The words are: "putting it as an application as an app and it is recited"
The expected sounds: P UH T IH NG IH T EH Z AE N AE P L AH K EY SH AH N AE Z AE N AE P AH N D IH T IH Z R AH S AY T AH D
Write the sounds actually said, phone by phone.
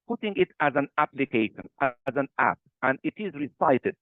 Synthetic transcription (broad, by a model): P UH T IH NG IH T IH Z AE N AE P L AH K EY SH AH N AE Z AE N AE P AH N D IH T IH Z R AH S AY T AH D